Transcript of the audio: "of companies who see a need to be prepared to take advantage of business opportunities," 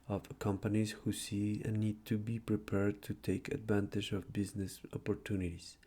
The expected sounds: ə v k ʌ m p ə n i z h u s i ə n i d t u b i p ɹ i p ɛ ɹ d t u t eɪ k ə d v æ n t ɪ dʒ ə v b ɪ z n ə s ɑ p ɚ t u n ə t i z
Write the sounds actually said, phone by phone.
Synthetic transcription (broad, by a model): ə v k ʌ m p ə n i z h u s i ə n i d t u b i p ɹ i p ɛ ɹ d t u t eɪ k ə d v æ n t ɪ dʒ ə v b ɪ z n ə s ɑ p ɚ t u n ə t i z